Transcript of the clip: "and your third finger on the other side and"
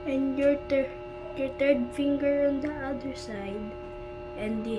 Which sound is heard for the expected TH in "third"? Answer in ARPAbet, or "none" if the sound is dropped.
T